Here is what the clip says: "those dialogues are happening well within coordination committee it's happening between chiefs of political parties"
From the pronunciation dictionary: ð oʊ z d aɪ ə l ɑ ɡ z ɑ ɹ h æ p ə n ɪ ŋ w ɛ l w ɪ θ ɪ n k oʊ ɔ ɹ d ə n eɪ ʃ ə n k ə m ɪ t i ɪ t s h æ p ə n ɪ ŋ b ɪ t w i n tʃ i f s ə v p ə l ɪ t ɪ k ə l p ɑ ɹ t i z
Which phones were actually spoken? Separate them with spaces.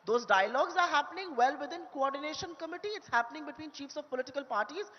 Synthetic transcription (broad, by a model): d oʊ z d aɪ ə l ɑ ɡ z ɑ ɹ h æ p ə n ɪ ŋ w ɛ l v ɪ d ɪ n k oʊ ɔ ɹ d ə n eɪ ʃ ə n k ə m ɪ t i ɪ t s h æ p ə n ɪ ŋ b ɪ t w i n tʃ i f s ə v p ə l ɪ t ɪ k ə l p ɑ ɹ t i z